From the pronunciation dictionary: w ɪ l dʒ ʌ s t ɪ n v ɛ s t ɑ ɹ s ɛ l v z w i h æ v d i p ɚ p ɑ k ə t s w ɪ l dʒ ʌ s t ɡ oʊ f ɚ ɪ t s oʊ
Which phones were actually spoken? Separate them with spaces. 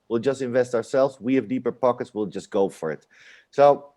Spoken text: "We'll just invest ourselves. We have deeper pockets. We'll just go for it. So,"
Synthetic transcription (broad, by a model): w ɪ l dʒ ʌ s t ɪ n v ɛ s t ɑ ɹ s ɛ l v z w i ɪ v d i p ɚ p ɑ k ə t s w ɪ l dʒ ʌ s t ɡ oʊ f ɚ ɪ t s oʊ